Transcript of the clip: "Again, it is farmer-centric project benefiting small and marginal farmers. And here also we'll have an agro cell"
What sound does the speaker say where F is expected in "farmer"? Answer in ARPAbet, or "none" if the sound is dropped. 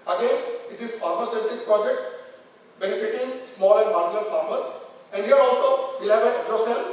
P